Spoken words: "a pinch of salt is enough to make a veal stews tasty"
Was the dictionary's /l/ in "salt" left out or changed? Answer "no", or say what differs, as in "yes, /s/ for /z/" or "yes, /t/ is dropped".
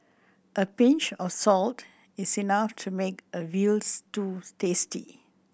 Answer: no